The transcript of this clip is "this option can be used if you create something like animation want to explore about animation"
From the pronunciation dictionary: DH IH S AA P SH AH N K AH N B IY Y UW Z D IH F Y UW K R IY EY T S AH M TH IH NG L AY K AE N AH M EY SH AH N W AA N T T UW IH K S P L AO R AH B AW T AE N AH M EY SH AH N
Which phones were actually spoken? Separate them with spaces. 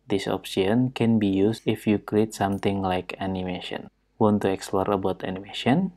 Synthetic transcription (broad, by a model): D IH S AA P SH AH N K AH N B IY Y UW S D IH F Y UW K R IY EY T S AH M T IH NG L AY K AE N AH M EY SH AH N W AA N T T UW IH K S P L AO R AH B AW T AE N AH M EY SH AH N